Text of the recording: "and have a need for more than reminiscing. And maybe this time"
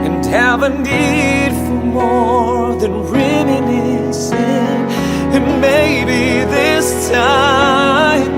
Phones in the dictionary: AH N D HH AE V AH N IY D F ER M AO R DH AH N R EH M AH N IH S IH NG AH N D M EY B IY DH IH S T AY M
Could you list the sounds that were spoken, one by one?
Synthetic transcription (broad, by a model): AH N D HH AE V AH N IY D F ER M AO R DH AH N R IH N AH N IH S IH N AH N M EY B IY DH IH S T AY